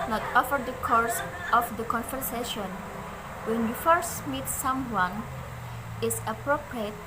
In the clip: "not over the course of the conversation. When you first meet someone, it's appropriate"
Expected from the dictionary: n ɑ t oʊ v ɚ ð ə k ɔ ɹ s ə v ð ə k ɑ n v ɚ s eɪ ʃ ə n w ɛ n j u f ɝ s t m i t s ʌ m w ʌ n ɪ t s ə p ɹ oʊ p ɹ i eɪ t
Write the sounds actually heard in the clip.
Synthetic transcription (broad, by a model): n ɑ t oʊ f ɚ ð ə k ɔ ɹ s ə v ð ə k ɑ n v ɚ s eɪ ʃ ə n w ɛ n j u f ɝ s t m i t s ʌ m w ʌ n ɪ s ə p ɹ oʊ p ɹ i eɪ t